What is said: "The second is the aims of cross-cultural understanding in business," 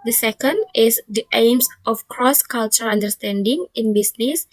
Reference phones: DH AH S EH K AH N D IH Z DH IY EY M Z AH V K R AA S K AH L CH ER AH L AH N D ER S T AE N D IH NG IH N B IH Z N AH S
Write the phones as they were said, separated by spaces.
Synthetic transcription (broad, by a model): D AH S EH K AH N D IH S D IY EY M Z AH F K R AA S K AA L CH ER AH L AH N D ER S T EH N D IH NG IH N B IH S N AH S